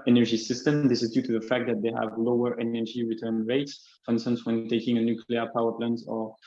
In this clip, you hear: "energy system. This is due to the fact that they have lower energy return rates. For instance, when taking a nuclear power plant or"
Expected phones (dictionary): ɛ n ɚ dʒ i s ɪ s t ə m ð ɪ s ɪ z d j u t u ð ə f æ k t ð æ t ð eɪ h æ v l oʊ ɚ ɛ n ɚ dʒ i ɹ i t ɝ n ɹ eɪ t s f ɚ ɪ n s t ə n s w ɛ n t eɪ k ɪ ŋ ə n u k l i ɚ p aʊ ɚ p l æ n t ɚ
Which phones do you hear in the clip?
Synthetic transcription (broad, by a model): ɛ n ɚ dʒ i s ɪ s t ə m ð ɪ s ɪ z d j u t u ð ə f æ k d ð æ t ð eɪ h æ v l oʊ ɚ ɛ n ɚ dʒ i ɹ i t ɝ n ɹ eɪ t s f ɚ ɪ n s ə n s w ɛ n t eɪ k ɪ ŋ ə n u k l i ɚ p aʊ ɚ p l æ n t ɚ